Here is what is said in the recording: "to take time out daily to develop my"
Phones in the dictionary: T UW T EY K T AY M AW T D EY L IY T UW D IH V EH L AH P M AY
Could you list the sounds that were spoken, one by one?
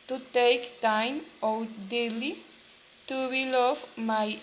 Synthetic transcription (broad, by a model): T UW T EY K T AY M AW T D EY L IY T UW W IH L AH F M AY